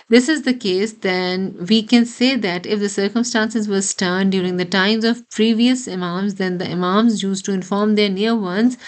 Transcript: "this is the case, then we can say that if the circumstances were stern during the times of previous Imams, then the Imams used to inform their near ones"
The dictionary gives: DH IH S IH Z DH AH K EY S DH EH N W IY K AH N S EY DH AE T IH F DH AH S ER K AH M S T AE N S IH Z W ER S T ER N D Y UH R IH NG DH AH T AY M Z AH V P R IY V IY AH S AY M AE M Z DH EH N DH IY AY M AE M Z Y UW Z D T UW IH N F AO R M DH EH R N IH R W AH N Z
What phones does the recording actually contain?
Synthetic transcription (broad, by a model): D IH S IH Z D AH K EY S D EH N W IY K AH N S EY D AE T IH F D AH S ER K AH M S T AE N S IH Z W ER S T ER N D Y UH R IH NG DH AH T AY M Z AH V P R IY V IY AH S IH M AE M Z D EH N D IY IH M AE M Z Y UW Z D T UW IH N F AO R M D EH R N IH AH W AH N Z